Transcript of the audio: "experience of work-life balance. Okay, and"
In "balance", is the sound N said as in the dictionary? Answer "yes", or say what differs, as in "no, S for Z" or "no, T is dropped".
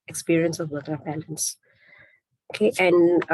yes